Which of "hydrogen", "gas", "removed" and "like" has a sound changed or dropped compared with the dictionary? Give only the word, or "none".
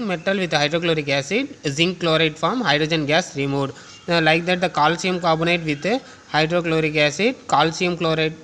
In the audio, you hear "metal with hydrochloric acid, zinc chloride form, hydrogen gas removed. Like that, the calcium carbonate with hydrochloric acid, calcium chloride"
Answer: removed